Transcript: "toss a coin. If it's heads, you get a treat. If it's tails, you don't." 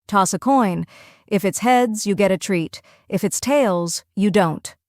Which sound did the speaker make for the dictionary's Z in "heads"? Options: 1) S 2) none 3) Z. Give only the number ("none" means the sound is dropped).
3